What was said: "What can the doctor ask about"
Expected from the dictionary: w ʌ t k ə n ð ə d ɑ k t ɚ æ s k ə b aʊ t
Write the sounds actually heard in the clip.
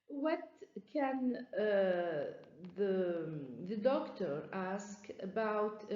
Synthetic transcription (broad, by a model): w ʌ t k ə n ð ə d ɑ k t ɚ æ s k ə b aʊ t